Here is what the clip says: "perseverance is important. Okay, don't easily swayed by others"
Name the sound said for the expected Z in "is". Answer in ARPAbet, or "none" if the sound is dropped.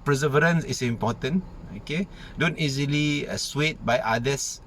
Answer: S